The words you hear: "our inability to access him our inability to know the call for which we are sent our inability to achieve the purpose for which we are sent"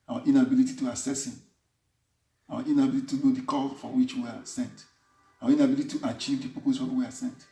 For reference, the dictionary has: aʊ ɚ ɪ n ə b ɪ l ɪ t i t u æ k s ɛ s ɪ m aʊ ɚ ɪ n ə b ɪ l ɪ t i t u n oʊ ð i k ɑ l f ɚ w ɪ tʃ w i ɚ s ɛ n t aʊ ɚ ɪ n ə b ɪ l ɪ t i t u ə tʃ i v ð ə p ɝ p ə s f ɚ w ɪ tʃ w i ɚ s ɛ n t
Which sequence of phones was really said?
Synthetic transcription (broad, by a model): aʊ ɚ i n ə b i l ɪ t i t u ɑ s ɛ s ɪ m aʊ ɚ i n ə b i l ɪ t i t u n oʊ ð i k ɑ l f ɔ w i tʃ w i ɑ s ɛ n t aʊ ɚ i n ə b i l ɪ t i t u ə tʃ i v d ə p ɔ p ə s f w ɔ w i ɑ s ɛ n t